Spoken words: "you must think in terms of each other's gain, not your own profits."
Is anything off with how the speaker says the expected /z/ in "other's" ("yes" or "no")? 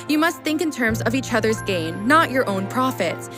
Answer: no